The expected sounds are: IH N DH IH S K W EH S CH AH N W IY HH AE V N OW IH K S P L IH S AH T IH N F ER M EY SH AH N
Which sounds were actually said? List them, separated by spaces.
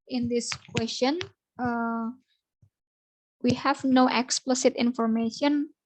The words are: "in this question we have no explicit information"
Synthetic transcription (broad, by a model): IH N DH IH S K W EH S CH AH N W IY HH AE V N OW IH K S P L IH S AH T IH N F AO M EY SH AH N